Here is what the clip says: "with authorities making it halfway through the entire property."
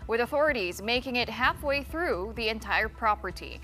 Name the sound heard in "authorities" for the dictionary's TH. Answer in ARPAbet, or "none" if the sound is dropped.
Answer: TH